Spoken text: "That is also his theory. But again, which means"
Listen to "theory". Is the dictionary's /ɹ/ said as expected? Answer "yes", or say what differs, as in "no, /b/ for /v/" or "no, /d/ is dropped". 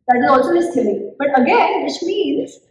no, /l/ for /ɹ/